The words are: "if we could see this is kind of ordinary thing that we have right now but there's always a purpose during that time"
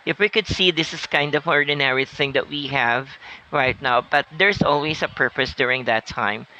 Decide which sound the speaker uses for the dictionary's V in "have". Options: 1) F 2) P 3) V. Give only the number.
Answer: 3